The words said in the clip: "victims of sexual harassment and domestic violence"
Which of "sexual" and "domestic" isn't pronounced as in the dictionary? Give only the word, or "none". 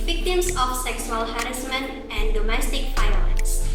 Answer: sexual